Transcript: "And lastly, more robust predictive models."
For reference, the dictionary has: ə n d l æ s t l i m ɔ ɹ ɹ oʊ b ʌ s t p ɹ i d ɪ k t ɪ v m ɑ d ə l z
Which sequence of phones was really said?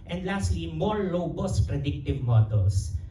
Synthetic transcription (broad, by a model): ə n d l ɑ s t l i m ɔ ɹ l oʊ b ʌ s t p ɹ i d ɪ k t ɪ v m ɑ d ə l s